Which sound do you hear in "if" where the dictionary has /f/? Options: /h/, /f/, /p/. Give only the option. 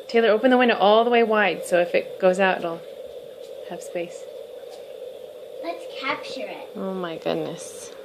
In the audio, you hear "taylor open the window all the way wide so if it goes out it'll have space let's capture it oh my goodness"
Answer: /f/